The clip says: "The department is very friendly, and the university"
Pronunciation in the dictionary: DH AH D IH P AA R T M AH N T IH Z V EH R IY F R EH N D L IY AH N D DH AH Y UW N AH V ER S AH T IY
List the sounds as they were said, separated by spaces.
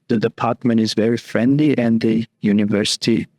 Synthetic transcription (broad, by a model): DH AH D IH P AA R T M AH N T IH Z V EH R IY F R EH N D L IY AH N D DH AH Y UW N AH V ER S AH T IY